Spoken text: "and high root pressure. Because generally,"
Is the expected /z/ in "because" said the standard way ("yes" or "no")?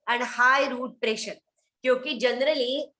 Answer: no